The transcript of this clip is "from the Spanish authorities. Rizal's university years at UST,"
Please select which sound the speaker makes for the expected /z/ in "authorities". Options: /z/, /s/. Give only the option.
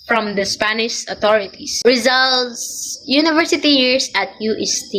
/s/